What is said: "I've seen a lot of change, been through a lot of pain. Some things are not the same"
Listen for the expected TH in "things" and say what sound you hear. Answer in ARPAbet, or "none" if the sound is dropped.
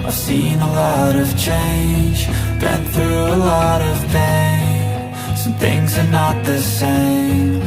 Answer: TH